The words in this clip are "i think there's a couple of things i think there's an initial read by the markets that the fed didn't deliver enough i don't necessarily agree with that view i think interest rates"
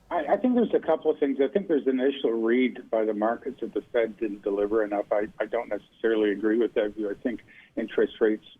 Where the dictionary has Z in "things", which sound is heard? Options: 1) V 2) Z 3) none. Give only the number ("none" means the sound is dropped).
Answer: 2